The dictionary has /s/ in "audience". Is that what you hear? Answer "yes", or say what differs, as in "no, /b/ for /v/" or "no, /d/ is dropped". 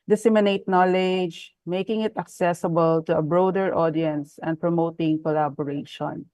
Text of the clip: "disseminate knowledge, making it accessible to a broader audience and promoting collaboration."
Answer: yes